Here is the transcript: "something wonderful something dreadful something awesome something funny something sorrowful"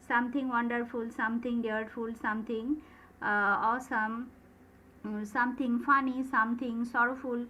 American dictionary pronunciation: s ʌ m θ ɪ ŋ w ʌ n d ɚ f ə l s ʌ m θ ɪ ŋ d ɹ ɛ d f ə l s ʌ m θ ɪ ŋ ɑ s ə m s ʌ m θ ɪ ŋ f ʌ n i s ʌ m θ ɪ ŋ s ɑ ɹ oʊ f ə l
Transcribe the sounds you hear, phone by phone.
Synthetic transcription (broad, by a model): s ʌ m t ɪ ŋ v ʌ n d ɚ f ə l s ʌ m t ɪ ŋ d ɛ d f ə l s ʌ m t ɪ ŋ ɑ s ə m s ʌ m t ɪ ŋ f ʌ n i s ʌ m t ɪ ŋ s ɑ ɹ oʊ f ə l